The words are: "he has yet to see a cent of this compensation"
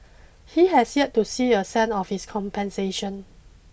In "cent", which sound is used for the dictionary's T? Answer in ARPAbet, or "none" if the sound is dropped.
none